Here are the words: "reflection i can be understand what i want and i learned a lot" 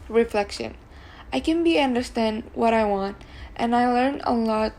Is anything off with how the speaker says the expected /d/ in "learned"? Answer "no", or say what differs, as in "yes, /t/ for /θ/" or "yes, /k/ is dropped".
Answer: yes, /d/ is dropped